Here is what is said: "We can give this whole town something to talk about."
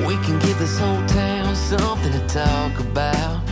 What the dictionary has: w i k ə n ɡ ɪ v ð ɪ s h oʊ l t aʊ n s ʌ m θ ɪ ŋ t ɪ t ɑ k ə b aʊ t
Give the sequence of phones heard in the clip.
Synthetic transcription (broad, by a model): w i k ə n ɡ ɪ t ð ɪ s h oʊ l t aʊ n s ʌ m θ ɪ ŋ t ɪ t ɑ k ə b aʊ t